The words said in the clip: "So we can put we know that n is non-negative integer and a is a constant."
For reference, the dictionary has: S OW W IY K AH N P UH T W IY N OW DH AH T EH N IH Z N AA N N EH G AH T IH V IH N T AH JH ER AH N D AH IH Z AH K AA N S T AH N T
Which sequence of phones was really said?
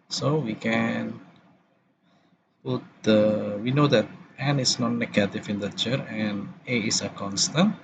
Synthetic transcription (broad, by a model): S OW W IY K AH N P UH T W IY N OW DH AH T EH N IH S N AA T N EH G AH T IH F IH N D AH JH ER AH N AH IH S AH K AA N S T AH N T